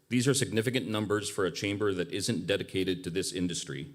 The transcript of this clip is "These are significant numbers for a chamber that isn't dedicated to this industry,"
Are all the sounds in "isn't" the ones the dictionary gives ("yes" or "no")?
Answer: yes